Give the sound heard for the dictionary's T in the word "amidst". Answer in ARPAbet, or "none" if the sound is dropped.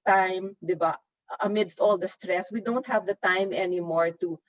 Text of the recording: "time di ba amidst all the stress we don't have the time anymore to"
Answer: T